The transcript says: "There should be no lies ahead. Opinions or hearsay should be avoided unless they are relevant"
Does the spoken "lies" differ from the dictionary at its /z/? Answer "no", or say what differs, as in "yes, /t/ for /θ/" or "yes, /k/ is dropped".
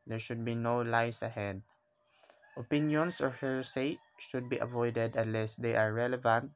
yes, /s/ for /z/